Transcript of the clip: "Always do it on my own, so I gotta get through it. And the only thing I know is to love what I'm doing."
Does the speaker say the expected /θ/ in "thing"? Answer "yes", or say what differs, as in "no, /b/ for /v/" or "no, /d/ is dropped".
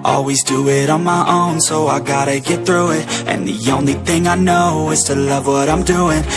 yes